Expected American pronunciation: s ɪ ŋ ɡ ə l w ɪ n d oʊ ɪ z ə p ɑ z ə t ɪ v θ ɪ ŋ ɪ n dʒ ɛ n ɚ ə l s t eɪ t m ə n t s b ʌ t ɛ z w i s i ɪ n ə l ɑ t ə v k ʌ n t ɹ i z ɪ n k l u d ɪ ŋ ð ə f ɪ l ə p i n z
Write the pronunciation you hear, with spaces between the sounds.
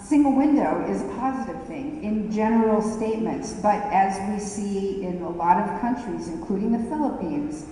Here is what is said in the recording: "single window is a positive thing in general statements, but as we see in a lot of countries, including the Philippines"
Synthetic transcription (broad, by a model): s ɪ ŋ ɡ l w ɪ n d oʊ ɪ z ə p ɑ z ə t ɪ v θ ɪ ŋ ɪ n dʒ ɛ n ɚ l s t eɪ t m ə n t s b ʌ t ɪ z w i s i ɪ n ə l ɑ t ə v k ʌ n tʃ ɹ i z ɪ n k l u d ɪ ŋ ð ə f ɪ l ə p i n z